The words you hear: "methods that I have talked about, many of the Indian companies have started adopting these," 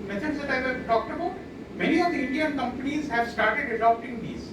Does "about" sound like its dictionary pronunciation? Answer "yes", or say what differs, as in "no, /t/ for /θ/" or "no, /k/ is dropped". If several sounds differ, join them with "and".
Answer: yes